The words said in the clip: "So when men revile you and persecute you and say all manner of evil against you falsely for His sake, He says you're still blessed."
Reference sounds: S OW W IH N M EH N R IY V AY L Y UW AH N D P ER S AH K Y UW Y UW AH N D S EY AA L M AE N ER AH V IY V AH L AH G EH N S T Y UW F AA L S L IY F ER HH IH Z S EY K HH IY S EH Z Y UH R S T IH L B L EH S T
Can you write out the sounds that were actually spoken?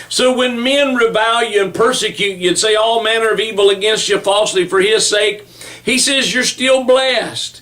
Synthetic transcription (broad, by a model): S OW W IH N M EH N R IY V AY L Y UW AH N P ER S AH K Y UW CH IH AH N S EY AA L M AE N ER AH V IY V L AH G EH N S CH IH F AA L S L IY F ER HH IH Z S EY K HH IY S EH Z Y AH R S T IH L B L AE S T